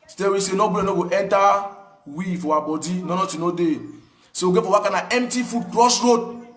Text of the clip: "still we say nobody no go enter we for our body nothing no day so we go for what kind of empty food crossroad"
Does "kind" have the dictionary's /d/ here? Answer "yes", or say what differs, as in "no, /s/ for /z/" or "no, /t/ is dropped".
no, /d/ is dropped